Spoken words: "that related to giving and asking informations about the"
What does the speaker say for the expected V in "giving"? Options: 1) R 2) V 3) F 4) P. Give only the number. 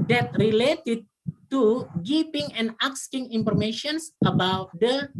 4